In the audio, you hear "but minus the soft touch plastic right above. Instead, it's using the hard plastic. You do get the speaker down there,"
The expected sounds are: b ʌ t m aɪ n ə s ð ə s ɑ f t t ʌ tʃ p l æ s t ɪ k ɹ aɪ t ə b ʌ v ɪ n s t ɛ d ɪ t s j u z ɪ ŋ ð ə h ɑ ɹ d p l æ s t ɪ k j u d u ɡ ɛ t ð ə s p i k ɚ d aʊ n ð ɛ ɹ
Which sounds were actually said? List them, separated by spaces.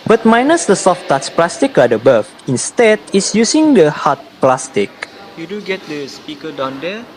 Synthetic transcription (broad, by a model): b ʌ t m aɪ n ə s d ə s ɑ f t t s p l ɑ s t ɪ k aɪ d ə b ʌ f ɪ n s t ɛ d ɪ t s j u s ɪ ŋ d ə h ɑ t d p l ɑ s t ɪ k j u d u ɡ ɛ t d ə s p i k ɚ d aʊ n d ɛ